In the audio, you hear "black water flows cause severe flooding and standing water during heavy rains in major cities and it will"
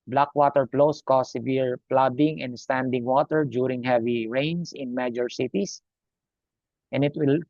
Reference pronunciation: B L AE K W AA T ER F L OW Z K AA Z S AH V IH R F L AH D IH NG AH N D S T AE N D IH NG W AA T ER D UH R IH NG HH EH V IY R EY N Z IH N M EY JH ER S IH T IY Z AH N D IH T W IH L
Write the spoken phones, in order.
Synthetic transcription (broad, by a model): B L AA K W AA T ER P L OW S K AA S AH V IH R P L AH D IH NG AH N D S T AE N D IH NG W AA T ER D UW R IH NG HH EH V IY R EY N S IH N M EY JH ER S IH T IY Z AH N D IH T W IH L